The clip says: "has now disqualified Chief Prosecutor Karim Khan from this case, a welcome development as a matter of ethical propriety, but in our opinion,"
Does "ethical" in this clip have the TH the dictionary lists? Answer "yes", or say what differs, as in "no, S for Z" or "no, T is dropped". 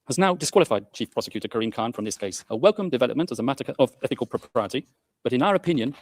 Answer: yes